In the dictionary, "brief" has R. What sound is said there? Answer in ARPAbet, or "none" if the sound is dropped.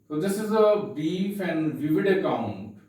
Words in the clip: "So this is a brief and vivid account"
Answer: none